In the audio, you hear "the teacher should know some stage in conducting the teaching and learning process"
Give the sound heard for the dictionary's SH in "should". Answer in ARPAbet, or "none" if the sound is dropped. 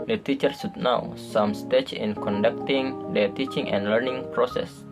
S